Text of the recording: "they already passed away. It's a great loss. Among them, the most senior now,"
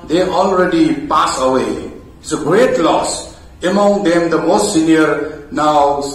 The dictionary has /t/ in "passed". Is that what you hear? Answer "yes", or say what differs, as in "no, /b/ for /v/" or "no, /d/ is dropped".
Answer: no, /t/ is dropped